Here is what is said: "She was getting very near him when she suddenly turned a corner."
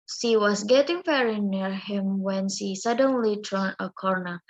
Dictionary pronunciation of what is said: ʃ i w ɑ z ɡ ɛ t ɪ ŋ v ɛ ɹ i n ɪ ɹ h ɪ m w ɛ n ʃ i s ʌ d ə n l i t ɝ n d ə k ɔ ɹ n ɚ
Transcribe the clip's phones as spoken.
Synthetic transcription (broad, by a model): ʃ i w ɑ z ɡ ɛ t ɪ ŋ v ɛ ɹ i n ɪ ɹ h ɪ m w ɛ n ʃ i s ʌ d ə n l i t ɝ n ə k ɔ ɹ n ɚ